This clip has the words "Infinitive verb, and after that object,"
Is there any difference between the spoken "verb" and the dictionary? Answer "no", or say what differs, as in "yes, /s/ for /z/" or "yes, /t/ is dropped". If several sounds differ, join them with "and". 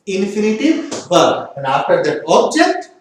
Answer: yes, /b/ is dropped